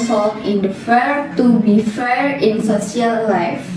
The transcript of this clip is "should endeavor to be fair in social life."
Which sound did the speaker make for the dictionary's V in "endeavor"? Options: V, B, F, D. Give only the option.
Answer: F